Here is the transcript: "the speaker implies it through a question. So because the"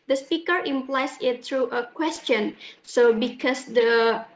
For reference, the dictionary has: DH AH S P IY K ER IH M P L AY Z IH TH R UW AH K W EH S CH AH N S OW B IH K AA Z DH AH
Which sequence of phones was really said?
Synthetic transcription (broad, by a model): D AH S P IY K ER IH M P L AY S IH T R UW AH K W EH S CH AH N S OW B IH K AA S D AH